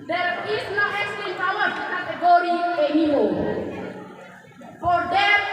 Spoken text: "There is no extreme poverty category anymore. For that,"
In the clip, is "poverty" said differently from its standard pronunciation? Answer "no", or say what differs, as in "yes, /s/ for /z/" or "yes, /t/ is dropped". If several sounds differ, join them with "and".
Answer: yes, /w/ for /v/